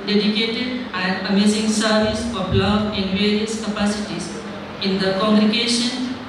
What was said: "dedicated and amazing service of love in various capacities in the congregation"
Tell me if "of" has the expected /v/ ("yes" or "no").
no